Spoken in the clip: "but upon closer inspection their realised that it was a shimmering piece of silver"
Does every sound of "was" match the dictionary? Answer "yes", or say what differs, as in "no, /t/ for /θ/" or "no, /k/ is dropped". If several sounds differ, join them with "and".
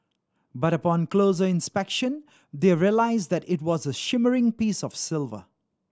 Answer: yes